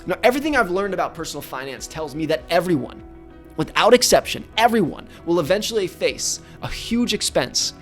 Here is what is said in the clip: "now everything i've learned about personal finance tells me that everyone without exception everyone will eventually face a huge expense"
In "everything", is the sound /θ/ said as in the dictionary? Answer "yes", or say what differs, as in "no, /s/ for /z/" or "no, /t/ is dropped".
yes